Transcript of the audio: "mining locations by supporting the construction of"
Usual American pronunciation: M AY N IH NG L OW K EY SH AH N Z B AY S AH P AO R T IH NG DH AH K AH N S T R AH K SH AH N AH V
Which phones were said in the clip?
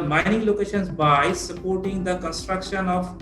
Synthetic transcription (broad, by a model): M AY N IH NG L OW K EY SH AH N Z B AY S AH P AO R T IH NG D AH K AH N S T R AH K SH AH N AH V